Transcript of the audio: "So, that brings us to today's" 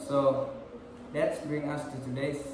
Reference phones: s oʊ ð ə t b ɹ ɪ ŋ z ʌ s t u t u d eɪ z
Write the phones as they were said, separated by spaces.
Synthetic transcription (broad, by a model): s oʊ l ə t b ɹ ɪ ŋ ʌ s t u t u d eɪ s